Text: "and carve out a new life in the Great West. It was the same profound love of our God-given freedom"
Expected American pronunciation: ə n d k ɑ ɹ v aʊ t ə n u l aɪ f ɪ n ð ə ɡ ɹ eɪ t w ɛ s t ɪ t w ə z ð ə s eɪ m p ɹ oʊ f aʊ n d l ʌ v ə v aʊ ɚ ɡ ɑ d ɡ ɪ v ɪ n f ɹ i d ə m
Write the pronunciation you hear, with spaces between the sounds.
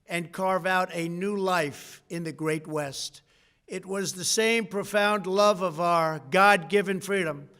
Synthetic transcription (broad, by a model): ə n k ɑ ɹ v aʊ t ə n u l aɪ f ɪ n ð ə ɡ ɹ eɪ t w ɛ s t ɪ t w ə z ð ə s eɪ m p ɹ oʊ f aʊ n d l ʌ v ə v aʊ ɚ ɡ ɑ d ɡ ɪ v ɪ n f ɹ i d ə m